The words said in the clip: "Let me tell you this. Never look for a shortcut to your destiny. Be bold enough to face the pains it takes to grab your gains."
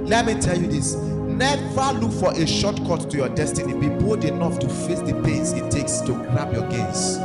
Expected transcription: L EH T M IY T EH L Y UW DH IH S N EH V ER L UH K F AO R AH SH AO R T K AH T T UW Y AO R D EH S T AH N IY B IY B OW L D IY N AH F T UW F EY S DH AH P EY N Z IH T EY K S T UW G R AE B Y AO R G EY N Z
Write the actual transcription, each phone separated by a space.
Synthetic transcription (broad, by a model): L EH T M IY T EH L Y UW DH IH S N EH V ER L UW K F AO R AH SH AO T K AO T T UW Y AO D EH S T AH N IY B IY B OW D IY N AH F T UW F EY S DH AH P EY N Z IH T EY K S T UW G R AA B Y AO G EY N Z